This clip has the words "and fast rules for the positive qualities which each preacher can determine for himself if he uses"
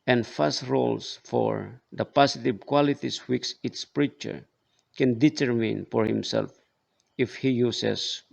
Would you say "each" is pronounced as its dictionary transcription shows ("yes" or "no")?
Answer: no